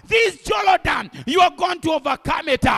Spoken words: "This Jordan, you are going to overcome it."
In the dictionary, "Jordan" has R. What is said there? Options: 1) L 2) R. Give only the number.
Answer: 1